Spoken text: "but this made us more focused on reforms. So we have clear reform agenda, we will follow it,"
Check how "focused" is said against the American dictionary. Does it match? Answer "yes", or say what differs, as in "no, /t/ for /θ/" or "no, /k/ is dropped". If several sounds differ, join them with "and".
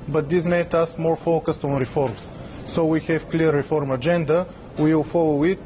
yes